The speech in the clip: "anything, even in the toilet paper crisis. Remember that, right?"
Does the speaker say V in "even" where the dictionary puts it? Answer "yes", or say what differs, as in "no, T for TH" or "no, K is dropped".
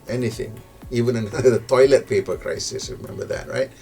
yes